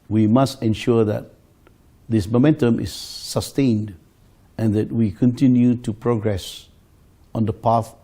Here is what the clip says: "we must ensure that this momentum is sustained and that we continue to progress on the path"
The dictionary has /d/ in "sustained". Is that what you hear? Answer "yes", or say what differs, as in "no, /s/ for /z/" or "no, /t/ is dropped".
yes